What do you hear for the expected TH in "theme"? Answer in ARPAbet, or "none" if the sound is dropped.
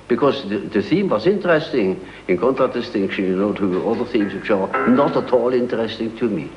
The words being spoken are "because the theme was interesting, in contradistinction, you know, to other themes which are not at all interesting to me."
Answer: TH